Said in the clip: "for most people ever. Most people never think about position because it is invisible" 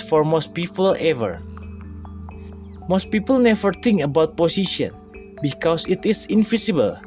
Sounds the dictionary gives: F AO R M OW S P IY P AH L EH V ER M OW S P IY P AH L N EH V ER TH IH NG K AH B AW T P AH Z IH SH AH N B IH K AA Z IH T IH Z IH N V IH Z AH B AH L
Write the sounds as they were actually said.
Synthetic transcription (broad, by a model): F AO R M OW S P IY P AH L EH V ER M OW S P IY P AH L N EH V ER T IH NG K AH B AW T P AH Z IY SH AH N B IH K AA S IH T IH S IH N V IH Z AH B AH L